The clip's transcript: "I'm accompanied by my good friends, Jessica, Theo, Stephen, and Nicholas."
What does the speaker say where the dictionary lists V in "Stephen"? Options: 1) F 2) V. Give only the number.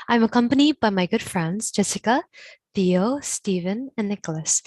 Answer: 2